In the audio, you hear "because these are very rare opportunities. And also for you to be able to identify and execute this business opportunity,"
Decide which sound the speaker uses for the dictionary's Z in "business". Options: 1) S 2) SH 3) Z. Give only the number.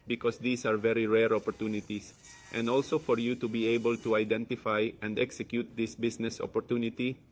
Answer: 1